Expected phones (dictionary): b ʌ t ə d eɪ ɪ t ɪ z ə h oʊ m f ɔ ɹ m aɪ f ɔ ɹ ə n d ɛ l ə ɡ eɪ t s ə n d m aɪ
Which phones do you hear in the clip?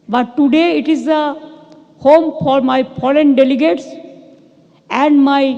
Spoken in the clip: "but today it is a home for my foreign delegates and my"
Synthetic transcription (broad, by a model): b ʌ t ə d eɪ ɪ t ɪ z ə h oʊ m f ɔ ɹ m aɪ p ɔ l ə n d ɛ l ə ɡ eɪ t s ə n d m aɪ